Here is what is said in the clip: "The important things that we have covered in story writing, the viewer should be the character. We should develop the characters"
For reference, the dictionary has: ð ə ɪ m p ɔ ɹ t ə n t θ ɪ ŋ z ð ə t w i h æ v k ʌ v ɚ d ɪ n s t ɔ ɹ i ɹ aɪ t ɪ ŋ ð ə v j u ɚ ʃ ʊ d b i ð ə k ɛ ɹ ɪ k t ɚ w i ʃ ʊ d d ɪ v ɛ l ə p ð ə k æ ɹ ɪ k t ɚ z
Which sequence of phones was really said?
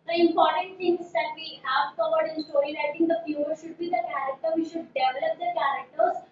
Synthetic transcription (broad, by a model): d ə ɪ m p ɔ ɹ t ə n t t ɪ ŋ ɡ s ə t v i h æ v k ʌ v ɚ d ɪ n s t ɔ ɹ i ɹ aɪ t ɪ ŋ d ə f j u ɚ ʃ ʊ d b i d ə k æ ɹ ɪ k t ɚ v i ʃ ʊ d d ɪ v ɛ l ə p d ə k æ ɹ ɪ k t ɚ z